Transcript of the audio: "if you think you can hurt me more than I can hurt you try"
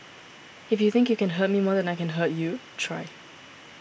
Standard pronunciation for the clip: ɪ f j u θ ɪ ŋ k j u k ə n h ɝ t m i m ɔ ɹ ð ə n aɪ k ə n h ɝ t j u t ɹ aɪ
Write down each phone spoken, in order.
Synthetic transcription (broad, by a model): ɪ f j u θ ɪ ŋ k j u k ə n h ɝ t m i m ɔ ɹ ð ə n aɪ k ə n h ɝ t j u t ɹ aɪ